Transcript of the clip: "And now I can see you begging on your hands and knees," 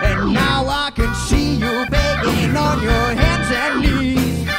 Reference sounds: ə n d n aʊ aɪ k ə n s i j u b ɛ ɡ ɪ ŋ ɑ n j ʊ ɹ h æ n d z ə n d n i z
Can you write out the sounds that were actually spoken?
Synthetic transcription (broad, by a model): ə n n aʊ aɪ k ə n s i j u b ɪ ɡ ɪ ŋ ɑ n j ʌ ɹ h æ n d z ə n n i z